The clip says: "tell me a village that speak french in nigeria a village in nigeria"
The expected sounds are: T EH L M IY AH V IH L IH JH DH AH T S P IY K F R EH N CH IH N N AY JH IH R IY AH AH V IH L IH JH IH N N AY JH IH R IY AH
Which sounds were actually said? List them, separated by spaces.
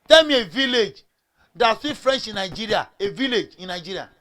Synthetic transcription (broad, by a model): T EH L M IY AH V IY L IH JH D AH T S IY F R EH N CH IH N N AY JH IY R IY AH AH V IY L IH JH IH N N AY JH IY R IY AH